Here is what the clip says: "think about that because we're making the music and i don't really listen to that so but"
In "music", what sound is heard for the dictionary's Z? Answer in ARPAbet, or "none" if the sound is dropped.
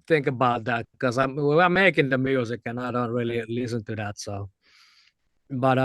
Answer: Z